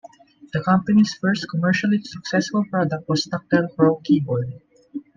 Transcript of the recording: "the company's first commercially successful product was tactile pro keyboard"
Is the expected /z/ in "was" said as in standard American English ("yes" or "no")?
no